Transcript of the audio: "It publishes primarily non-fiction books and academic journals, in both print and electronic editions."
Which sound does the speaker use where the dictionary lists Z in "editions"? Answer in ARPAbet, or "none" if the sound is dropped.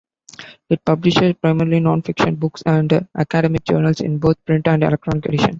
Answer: none